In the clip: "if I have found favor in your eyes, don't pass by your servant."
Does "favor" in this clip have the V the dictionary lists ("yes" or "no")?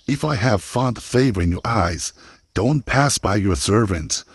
yes